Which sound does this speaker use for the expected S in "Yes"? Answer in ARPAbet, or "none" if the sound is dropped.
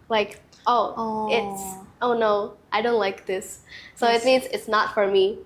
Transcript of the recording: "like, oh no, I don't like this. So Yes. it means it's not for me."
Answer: none